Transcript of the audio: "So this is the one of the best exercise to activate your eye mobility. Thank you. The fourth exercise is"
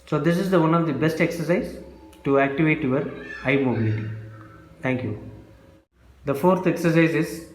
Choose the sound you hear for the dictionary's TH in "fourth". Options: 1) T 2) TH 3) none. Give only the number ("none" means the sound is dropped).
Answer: 1